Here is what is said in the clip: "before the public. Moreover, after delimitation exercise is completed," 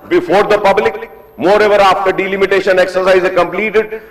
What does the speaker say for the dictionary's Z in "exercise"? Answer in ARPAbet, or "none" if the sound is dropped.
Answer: none